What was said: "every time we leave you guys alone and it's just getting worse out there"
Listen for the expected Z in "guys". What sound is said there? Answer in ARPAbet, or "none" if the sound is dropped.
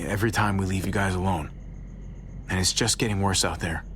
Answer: Z